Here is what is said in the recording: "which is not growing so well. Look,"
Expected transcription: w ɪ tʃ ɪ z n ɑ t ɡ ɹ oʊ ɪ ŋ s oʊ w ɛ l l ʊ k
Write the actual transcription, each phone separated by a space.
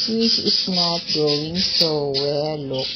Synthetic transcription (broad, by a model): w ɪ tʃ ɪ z n ɑ t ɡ oʊ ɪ ŋ s oʊ w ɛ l l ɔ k